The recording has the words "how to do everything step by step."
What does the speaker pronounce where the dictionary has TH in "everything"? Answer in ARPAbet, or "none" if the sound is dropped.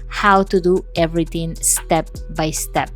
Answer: T